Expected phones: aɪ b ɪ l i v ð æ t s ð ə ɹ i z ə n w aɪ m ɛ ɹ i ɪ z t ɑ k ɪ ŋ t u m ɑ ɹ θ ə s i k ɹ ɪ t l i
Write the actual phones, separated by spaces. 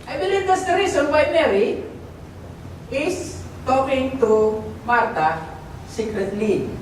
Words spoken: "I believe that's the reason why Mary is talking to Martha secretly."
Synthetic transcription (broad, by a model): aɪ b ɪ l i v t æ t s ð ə ɹ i s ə n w aɪ m ɛ ɹ i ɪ s t ɑ k ɪ ŋ t u m ɑ ɹ t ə s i k ɹ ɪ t l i